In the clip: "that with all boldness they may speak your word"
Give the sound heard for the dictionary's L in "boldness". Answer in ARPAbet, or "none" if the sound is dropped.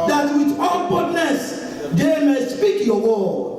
none